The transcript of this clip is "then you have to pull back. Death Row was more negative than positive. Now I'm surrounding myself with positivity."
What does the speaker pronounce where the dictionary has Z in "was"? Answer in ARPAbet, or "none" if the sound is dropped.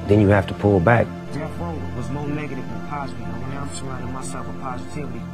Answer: Z